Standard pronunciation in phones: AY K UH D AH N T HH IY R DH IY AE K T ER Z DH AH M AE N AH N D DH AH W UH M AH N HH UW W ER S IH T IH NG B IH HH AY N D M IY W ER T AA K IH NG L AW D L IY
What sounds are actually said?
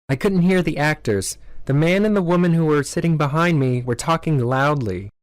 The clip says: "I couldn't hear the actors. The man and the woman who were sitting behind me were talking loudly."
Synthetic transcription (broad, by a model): AY K UH D N T HH IY R DH IY AE K T ER Z DH AH M AE N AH N DH AH W UH M AH N HH UW W ER S IH T IH NG B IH HH AY N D M IY W ER T AA K IH NG L AW D L IY